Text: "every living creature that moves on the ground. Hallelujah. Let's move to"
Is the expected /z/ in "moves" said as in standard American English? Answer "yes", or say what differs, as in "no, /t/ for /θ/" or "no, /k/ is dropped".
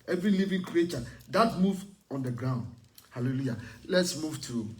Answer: no, /z/ is dropped